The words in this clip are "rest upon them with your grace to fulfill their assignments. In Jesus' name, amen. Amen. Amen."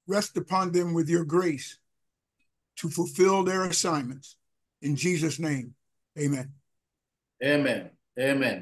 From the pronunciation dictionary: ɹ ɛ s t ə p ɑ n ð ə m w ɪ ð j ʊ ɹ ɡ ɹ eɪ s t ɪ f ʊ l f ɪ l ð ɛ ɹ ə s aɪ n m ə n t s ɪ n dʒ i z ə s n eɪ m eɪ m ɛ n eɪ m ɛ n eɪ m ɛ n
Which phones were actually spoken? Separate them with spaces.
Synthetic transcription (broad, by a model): ɹ ɛ s t ə p ɑ n ð ə m w ɪ ð j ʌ ɹ ɡ ɹ eɪ s t ɪ f ʊ l f ɪ l ð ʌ ɹ ə s aɪ n m ə n t s ɪ n dʒ i z ə s n eɪ m eɪ m ɛ n eɪ m ɛ n eɪ m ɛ n